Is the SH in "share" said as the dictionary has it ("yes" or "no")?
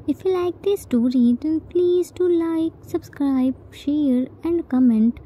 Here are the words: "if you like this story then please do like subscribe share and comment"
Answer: yes